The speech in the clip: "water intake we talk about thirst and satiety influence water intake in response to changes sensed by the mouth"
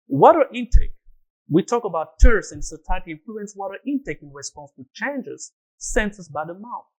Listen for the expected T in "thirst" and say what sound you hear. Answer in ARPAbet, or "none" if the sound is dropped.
none